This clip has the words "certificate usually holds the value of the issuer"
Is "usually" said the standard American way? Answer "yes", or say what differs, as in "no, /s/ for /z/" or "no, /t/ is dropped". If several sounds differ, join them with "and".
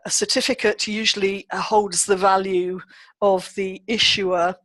yes